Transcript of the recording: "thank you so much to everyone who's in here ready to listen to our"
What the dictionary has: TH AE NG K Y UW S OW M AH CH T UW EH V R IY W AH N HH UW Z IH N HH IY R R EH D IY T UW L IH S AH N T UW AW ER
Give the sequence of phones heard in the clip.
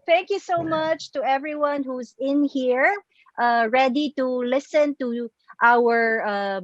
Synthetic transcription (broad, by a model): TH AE NG K Y UW S OW M AH CH T UW EH V R IY W AH N HH UW Z IH N HH IY R R EH D IY T UW L IH S AH N T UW AW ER